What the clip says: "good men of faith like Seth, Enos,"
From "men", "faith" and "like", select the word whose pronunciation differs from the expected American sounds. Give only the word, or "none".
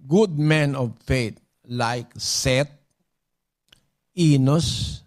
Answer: faith